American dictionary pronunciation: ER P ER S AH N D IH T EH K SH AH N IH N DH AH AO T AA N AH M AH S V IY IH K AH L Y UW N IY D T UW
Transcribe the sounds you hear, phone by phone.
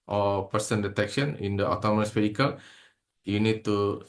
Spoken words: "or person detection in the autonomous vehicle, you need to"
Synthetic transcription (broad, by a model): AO P ER S AH N D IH T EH K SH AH N IH N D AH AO T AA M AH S F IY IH K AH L Y UW N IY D T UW